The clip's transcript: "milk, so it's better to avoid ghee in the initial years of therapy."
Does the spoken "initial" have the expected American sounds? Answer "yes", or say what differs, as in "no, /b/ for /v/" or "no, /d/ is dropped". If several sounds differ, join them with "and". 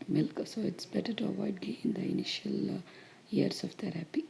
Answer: yes